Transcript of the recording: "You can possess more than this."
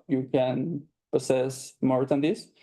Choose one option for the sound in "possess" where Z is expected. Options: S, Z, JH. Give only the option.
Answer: S